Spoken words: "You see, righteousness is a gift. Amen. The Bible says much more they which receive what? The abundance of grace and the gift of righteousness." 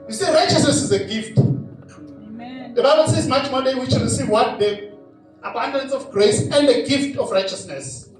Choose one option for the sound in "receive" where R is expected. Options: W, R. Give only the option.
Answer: R